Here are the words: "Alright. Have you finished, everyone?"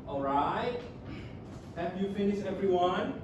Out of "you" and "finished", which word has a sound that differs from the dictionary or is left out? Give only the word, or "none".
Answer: finished